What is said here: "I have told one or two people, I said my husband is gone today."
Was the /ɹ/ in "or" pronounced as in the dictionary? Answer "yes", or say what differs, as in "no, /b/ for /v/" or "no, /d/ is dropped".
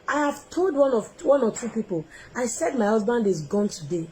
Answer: no, /w/ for /ɹ/